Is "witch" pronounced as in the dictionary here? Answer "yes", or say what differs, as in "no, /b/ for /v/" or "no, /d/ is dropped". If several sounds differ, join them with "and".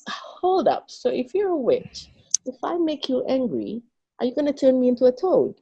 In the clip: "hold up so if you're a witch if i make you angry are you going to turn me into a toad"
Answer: yes